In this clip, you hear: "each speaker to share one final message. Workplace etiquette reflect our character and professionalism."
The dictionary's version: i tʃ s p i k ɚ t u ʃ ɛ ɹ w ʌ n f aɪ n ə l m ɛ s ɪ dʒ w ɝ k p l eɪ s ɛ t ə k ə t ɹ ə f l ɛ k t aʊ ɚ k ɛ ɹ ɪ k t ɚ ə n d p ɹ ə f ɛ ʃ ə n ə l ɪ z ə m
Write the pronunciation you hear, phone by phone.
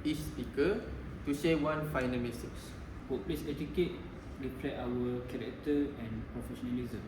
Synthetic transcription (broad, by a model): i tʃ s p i k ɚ t u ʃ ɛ w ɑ n f aɪ n ə l m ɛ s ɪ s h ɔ p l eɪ s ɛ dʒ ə k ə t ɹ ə p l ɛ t aʊ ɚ k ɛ ɹ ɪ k t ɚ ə n p ɹ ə f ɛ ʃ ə n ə l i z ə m